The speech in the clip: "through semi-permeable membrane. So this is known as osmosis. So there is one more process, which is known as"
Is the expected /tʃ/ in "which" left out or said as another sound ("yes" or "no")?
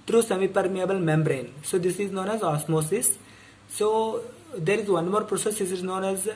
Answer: yes